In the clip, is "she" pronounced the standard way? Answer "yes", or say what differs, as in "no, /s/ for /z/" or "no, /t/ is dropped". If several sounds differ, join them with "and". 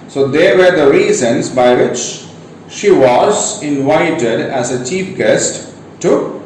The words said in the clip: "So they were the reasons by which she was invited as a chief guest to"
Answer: yes